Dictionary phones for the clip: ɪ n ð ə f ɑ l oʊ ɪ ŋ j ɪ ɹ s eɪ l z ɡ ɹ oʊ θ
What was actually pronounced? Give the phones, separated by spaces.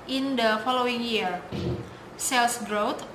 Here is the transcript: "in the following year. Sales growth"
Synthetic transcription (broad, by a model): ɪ n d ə f ɑ l oʊ ɪ ŋ j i ɹ s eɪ l s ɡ ɹ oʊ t